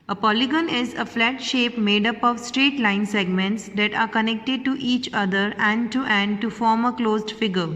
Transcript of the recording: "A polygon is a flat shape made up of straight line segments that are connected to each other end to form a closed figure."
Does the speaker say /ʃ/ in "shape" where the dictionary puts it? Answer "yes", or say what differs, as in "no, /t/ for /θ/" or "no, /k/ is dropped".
yes